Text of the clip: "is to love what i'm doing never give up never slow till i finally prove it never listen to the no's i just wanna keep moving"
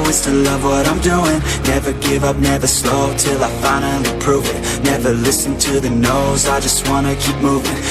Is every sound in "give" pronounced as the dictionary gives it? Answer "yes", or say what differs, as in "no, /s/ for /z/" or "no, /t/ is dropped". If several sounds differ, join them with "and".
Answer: yes